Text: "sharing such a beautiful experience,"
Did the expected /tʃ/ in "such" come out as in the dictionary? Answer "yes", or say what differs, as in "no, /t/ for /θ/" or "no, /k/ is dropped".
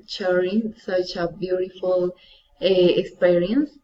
yes